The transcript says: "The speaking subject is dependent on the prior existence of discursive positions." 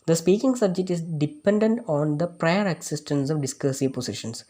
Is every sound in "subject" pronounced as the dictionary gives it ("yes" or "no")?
yes